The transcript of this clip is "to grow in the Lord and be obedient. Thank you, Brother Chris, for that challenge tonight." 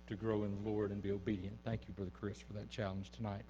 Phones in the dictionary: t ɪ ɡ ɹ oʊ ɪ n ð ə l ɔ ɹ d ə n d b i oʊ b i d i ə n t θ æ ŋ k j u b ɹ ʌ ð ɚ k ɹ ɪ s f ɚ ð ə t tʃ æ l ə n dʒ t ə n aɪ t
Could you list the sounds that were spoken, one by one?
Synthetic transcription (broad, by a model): t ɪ ɡ ɹ oʊ ɪ n ð ə l ɔ ɹ d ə n b i oʊ b i d i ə n θ æ ŋ k j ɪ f ɹ ð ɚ k ɹ ɪ s f ɚ ð ə t tʃ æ l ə n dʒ t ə n aɪ t